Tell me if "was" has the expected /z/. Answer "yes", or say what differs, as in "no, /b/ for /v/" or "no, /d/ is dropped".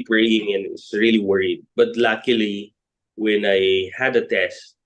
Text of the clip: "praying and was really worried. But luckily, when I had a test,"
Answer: no, /s/ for /z/